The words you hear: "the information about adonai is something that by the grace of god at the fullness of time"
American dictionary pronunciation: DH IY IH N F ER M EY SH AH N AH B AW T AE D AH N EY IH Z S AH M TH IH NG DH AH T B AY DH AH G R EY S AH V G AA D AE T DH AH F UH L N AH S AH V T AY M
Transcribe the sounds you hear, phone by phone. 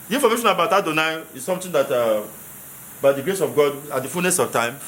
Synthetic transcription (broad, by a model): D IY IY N F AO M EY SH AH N AH B AW T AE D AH N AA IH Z S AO M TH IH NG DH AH T B AY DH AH G R EY S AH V G AA D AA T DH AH F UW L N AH S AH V T AY M